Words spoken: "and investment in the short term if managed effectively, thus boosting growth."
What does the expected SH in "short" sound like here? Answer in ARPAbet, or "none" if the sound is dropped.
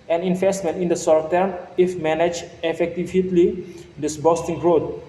S